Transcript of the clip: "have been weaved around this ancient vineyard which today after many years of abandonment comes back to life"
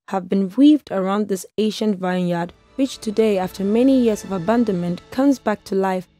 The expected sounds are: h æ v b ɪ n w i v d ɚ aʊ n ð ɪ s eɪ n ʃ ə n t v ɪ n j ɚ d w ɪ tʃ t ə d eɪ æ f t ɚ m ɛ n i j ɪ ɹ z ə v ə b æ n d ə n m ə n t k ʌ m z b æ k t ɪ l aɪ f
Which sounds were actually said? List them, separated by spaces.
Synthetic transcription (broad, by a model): h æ v b ɪ n w i v d ɚ aʊ n ð ɪ s eɪ ʃ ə n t v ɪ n j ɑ d w ɪ tʃ t ə d eɪ æ f t ɚ m ɛ n i j ɪ ɹ z ə v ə b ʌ n d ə n m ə n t k ʌ m z b æ k t ɪ l aɪ f